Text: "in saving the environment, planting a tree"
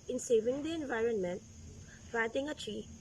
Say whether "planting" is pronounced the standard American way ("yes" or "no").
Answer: no